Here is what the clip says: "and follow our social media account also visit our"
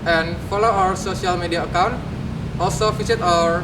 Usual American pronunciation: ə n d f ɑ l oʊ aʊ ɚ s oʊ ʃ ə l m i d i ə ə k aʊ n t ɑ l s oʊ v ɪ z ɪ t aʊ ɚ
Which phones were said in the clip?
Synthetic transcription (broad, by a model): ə n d f ɑ l oʊ aʊ ɚ s oʊ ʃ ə l m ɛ d i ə ə k aʊ n t ɑ l s oʊ f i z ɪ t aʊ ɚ